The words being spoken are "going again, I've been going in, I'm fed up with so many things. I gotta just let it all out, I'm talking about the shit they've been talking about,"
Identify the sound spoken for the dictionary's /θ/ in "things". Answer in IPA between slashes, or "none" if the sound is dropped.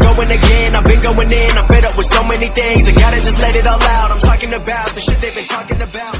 /θ/